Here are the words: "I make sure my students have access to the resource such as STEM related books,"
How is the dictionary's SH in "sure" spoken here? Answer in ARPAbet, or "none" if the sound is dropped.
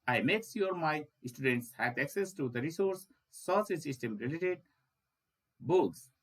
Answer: S